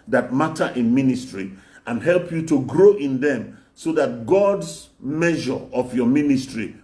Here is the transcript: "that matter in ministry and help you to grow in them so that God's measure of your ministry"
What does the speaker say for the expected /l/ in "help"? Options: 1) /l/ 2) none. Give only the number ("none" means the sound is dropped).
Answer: 1